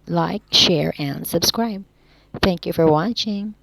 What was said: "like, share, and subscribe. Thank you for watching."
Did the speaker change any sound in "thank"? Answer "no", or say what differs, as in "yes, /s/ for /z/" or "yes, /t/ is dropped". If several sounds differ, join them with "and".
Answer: no